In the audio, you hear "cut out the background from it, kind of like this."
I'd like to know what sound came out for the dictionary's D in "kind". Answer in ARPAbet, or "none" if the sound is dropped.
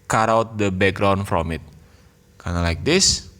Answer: none